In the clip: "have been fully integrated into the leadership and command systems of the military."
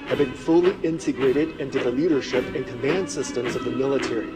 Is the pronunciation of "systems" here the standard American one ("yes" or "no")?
yes